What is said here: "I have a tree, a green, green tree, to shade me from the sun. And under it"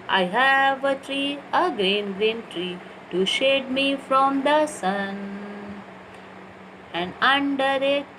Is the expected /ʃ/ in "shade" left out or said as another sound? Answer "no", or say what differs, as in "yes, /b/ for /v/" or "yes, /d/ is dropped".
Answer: no